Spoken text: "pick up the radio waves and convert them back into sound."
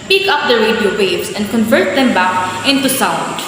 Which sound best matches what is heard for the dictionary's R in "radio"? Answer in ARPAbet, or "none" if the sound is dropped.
R